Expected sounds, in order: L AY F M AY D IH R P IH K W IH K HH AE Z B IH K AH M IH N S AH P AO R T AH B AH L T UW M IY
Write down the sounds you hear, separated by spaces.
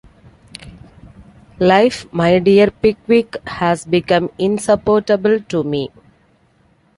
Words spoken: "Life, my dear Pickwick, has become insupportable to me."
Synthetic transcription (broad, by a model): L AY F M AY D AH R P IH K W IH K HH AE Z B IH K AH M IH N S AH P AO R T AH B AH L T UW M IY